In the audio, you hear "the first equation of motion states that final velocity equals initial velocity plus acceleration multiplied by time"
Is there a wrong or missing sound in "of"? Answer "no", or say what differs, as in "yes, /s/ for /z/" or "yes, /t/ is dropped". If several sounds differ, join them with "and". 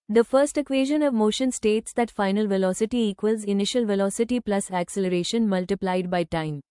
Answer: no